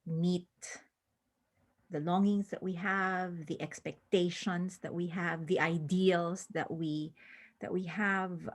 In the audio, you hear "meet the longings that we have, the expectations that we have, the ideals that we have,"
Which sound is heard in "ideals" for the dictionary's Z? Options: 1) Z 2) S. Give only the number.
2